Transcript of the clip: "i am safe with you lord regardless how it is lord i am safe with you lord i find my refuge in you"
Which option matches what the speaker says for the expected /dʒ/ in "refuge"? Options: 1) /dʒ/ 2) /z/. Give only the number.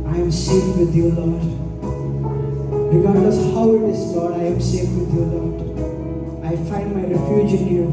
1